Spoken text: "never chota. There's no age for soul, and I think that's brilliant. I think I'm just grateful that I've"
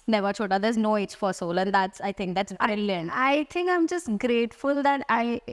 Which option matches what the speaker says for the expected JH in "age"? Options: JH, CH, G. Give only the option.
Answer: CH